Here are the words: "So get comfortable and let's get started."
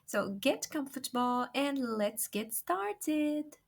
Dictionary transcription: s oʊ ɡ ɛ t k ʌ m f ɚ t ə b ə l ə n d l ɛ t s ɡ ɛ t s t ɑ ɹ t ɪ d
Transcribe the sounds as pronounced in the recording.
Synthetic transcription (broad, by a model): s oʊ ɡ ɛ t k ʌ m f ɚ t ə b ə l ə n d l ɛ t s ɡ ɛ t s t ɑ ɹ t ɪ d